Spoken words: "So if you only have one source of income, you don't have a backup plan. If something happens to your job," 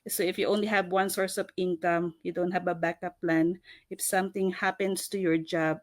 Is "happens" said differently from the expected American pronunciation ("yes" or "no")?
yes